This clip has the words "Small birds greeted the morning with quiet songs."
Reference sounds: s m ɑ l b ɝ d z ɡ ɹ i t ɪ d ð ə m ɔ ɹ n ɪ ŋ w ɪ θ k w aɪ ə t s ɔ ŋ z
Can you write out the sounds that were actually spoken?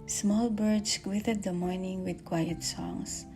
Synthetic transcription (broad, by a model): s m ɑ l b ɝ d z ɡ w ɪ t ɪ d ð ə m ɔ ɹ n ɪ ŋ w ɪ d k w aɪ ə t s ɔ ŋ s